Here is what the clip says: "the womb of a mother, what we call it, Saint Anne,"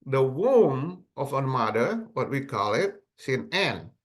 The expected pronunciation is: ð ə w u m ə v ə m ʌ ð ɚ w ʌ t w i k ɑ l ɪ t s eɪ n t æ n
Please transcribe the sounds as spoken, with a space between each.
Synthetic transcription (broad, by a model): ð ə w u m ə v ə m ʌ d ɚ w ʌ t w i k ɑ l ɪ t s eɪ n æ n